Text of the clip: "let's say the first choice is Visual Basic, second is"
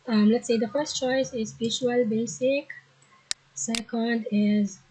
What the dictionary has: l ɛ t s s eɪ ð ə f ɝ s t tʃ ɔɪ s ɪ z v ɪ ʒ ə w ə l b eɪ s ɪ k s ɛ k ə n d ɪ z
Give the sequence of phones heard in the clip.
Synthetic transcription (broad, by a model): l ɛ t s s eɪ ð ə f ɝ s t tʃ ɔɪ s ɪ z b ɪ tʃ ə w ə l b eɪ s ɪ k s ɛ k ə n d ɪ z